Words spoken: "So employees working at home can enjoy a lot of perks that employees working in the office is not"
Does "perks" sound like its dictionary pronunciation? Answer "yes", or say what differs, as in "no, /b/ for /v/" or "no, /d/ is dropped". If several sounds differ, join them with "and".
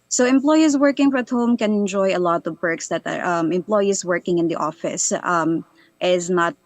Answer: no, /b/ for /p/